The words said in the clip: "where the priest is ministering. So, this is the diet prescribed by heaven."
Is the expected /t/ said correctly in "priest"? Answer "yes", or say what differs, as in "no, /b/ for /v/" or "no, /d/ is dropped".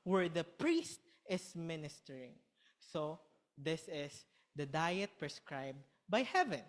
yes